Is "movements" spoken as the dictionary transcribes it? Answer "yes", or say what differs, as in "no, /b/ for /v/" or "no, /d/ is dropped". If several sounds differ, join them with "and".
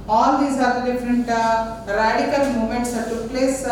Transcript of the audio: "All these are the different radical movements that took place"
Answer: no, /v/ is dropped